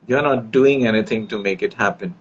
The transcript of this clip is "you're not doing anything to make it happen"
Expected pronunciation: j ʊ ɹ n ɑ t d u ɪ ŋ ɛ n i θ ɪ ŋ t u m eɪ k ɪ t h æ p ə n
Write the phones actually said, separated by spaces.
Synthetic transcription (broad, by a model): j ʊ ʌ n ɑ t d u ɪ ŋ ɛ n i t ɪ ŋ t u m eɪ k ɪ t h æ p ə n